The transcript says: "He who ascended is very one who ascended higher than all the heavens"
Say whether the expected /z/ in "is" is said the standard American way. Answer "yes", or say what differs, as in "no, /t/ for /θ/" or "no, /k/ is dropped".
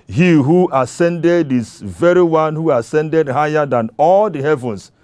no, /s/ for /z/